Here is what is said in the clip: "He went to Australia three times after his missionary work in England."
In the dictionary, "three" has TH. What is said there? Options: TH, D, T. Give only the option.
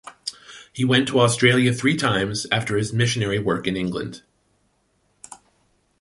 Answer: TH